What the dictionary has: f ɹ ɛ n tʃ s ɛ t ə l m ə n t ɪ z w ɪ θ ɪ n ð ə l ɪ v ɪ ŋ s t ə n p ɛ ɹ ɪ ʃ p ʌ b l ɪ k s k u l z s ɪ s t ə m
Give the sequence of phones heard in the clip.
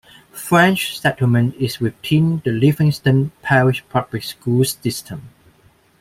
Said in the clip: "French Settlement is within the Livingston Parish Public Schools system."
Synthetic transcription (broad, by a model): f ɹ ɛ n tʃ s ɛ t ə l m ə n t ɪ s w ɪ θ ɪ n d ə l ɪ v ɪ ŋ s t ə n p ɛ ɹ ɪ ʃ p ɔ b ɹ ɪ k s k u l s s ɪ s t ə m